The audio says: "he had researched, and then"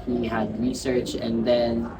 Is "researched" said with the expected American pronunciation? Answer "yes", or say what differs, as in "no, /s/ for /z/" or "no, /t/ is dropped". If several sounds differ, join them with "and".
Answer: no, /t/ is dropped